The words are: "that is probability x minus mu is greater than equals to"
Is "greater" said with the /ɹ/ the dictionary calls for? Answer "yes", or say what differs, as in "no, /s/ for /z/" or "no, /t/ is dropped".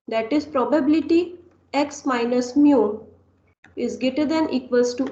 no, /ɹ/ is dropped